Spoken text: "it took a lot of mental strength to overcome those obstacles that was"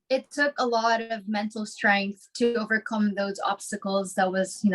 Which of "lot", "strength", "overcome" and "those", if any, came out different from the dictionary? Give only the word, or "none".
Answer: none